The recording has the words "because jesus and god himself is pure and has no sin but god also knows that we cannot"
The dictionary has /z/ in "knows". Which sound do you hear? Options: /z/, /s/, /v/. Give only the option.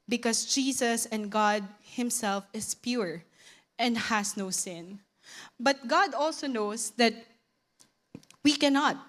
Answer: /s/